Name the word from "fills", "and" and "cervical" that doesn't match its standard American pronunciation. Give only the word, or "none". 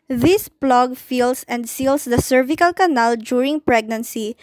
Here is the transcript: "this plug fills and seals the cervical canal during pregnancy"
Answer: fills